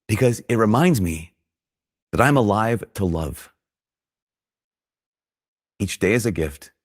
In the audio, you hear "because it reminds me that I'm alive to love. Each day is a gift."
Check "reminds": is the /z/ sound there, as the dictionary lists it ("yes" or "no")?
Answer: yes